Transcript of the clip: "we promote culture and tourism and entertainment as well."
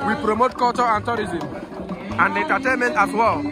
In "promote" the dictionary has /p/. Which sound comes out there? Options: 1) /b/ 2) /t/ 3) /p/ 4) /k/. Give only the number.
3